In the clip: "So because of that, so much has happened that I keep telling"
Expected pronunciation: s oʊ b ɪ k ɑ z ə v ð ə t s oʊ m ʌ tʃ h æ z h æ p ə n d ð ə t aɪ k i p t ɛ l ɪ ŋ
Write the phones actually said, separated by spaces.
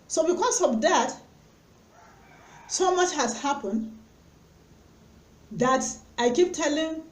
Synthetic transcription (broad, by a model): s oʊ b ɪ k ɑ s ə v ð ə t s oʊ m ʌ tʃ h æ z h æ p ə n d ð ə t aɪ k i p t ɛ l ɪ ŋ